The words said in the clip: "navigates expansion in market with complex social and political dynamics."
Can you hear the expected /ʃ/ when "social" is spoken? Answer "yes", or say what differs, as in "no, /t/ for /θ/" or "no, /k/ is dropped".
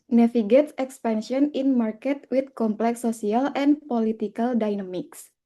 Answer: no, /ʃ/ is dropped